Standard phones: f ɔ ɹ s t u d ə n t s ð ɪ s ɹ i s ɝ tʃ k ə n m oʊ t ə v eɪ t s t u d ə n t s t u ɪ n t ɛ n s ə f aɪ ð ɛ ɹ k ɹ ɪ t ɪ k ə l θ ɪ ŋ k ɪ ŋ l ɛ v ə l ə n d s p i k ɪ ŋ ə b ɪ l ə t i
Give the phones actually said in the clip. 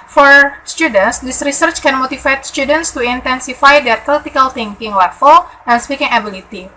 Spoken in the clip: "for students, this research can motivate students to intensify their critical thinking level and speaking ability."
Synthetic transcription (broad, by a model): f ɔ ɹ s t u d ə n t s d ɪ s ɹ i s ɝ tʃ k ə n m oʊ t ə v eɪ t s t u d ə n t s t u ɪ n t ɛ n s ə f aɪ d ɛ ɹ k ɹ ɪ t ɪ k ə l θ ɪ ŋ k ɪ ŋ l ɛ f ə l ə n s p i k ɪ ŋ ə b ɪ l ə t i